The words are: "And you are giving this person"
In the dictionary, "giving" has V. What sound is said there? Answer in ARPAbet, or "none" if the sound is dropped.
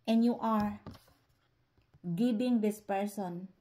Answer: B